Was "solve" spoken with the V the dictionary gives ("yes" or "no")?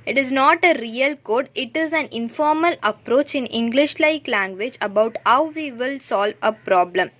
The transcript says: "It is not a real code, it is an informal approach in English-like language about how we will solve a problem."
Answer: yes